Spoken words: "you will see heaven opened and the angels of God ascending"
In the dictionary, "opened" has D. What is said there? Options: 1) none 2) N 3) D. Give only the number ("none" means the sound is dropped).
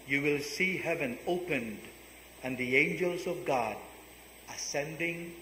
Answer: 3